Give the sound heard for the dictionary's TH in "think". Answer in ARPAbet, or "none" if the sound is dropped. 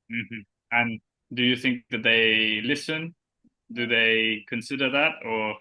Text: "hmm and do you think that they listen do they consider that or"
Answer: TH